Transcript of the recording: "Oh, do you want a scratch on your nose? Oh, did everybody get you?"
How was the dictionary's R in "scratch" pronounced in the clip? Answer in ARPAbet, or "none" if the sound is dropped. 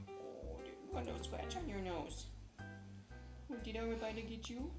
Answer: W